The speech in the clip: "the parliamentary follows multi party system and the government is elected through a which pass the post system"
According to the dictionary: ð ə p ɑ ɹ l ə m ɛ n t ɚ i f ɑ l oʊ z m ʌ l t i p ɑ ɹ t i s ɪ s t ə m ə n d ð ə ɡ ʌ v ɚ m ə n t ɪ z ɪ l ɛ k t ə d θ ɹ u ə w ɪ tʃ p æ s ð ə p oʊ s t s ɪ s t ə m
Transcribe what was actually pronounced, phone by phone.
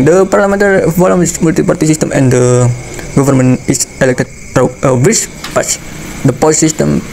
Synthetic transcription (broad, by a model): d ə p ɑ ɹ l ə m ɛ n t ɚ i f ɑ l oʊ s m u l t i p ɑ ɹ t i s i s t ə m ə n d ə ɡ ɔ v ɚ m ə n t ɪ s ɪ l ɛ k t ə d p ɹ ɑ ə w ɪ s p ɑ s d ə p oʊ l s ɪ s t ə m